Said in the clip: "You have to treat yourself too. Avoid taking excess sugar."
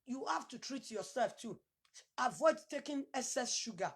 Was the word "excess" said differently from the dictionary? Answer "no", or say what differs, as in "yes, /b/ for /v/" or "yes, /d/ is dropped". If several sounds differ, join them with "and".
yes, /k/ is dropped